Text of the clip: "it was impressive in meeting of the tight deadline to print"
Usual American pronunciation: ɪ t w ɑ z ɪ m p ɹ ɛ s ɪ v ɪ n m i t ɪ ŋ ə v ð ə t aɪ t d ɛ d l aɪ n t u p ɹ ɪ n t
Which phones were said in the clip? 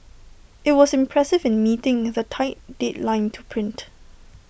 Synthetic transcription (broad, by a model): ɪ t w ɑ s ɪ m p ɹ ɛ s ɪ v ɪ n m i t ɪ ŋ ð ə t aɪ t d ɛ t l aɪ n t u p ɹ ɪ n t